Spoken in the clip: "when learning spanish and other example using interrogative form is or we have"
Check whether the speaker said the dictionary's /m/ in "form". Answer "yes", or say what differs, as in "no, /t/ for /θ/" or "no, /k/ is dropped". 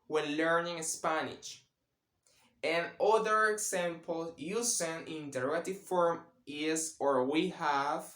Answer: yes